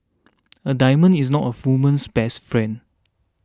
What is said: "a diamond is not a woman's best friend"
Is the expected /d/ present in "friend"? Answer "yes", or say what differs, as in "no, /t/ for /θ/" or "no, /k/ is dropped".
no, /d/ is dropped